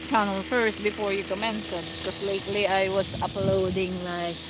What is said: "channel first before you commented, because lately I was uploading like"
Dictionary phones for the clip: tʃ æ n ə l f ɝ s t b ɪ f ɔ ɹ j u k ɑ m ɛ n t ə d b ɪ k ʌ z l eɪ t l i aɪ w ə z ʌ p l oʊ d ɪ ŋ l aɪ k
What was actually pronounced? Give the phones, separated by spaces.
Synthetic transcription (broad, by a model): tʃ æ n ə l f ɝ s t b ɪ f ɔ ɹ j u k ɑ m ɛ n s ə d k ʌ s l eɪ t l i aɪ w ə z ʌ p l oʊ d ɪ ŋ l aɪ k